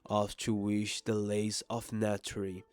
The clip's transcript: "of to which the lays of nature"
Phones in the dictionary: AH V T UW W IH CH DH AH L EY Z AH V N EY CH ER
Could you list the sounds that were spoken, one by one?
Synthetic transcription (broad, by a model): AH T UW W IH SH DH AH L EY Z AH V N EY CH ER